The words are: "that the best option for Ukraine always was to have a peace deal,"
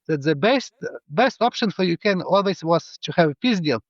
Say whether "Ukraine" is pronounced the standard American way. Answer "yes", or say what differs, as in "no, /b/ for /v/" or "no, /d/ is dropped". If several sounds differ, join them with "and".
no, /ɹ/ is dropped